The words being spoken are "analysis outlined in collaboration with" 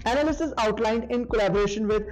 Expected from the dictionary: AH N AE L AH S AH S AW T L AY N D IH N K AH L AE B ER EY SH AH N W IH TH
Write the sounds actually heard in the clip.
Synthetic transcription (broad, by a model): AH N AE L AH S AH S AW T L AY N D IH N K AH L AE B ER EY SH AH N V IH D